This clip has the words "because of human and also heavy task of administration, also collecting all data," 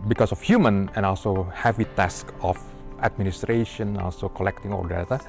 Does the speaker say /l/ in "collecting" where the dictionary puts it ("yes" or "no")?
yes